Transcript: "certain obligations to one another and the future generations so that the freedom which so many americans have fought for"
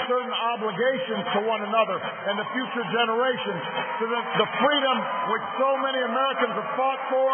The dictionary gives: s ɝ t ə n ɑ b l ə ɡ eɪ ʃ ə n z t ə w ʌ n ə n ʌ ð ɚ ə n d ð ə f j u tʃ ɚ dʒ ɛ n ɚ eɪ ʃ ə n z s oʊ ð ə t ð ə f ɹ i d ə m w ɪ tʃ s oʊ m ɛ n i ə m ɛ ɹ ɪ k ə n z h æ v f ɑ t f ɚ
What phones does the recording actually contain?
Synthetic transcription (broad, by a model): s ɝ t n ɑ b l ə ɡ eɪ ʃ ə n z t ə w ʌ n ə n ʌ ð ɚ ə n ð ə f j u tʃ ɚ dʒ ɛ n ɚ eɪ ʃ ə n z s oʊ ð ə t ð ə f ɹ i d ə m w ɪ tʃ s oʊ m ɛ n i ə m ɛ ɹ ɪ k ə n z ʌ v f ɑ t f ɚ